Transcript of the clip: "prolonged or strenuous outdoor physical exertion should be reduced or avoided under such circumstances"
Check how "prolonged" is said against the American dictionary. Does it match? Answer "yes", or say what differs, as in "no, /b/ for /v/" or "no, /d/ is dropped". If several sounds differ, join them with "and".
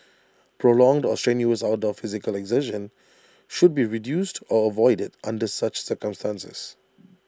yes